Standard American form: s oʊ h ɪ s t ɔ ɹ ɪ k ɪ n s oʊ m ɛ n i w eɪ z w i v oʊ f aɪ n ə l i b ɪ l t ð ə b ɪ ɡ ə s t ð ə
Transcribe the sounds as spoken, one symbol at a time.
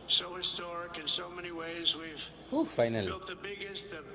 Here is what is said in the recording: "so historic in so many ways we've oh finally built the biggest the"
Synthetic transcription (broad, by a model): s oʊ h ɪ s t ɔ ɹ ɪ k ɪ n s oʊ m ɛ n i w eɪ z w i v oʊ f aɪ n ə l i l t ð ə b ɪ ɡ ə s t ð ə